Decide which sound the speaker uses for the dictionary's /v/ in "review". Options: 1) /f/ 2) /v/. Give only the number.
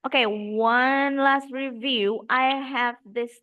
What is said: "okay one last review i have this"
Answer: 2